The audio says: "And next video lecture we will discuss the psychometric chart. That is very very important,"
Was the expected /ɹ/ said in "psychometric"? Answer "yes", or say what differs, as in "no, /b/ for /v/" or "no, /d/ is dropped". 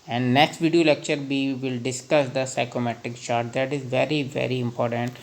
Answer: no, /ɹ/ is dropped